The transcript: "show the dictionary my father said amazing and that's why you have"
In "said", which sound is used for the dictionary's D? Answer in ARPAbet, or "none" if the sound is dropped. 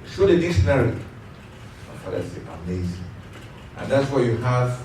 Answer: none